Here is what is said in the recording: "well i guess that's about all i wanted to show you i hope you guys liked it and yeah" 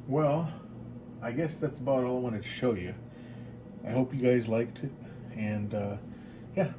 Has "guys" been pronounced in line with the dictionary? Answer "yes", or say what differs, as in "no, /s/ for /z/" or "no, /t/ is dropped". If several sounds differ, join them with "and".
yes